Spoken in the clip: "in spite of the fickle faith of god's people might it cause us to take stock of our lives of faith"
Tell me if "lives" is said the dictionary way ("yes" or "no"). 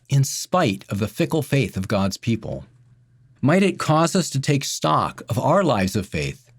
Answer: yes